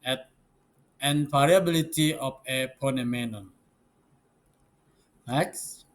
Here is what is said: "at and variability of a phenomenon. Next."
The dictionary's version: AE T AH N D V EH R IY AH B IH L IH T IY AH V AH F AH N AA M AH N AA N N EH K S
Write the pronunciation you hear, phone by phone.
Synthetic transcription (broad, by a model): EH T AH N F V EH R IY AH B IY L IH T IY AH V AH P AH N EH M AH N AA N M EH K S